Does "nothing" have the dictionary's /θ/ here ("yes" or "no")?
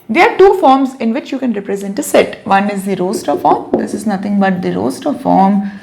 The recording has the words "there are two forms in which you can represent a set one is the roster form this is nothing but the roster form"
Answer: no